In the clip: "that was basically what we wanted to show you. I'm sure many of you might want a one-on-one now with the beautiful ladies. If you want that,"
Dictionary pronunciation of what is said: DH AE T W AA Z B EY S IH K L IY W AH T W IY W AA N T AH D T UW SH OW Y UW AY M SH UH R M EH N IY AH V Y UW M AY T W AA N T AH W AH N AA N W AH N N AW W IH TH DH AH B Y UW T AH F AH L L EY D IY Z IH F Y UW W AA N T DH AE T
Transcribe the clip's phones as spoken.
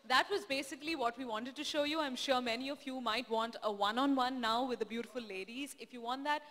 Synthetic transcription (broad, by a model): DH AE T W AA Z B EY S IH K L IY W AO T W IY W AA N T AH D T UW SH OW Y UW AY M SH UH R M EH N IY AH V Y UW M AY T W AA N T AH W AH N AA N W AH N N AW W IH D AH B Y UW T AH F AH L L EY D IY Z IH F Y UW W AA N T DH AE T